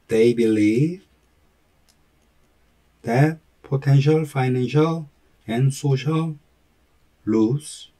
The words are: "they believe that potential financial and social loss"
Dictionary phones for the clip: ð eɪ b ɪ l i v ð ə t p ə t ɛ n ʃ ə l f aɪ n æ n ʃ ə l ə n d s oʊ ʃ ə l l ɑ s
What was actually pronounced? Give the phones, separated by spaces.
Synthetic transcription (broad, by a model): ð eɪ b ɪ l i v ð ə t p ə t ɛ n ʃ ə l f aɪ n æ n ʃ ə l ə n s oʊ ʃ ə l l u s